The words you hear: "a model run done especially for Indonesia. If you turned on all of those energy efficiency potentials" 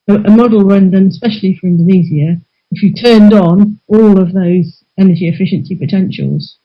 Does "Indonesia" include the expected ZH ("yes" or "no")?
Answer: no